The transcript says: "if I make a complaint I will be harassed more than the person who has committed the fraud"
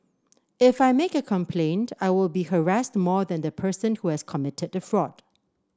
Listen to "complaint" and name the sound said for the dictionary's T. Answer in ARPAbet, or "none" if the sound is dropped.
T